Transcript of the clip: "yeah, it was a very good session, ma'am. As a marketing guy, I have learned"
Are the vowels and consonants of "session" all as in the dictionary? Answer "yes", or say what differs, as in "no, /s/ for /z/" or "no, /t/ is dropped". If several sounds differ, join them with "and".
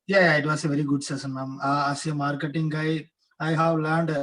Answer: no, /s/ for /ʃ/